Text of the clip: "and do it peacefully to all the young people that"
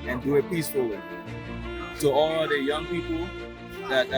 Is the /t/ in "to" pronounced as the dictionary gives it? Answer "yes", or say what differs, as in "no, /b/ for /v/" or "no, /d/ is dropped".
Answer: no, /s/ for /t/